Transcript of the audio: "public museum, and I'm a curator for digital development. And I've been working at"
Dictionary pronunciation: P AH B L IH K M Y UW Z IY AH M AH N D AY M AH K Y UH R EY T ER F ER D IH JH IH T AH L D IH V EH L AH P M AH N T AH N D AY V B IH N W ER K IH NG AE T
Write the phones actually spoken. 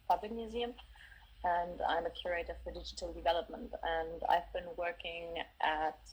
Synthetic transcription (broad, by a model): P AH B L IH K M Y UW Z IY AH M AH N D AY M AH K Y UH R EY T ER F ER D IH JH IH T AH L D IH V EH L AH P M AH N T AH N D AY V B IH N W ER K IH NG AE T